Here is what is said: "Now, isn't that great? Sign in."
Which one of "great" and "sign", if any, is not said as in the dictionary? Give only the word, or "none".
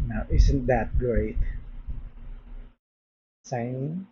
sign